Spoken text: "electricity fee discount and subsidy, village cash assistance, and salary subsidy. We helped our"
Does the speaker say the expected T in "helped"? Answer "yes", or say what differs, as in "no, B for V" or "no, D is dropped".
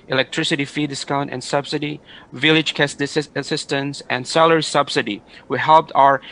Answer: yes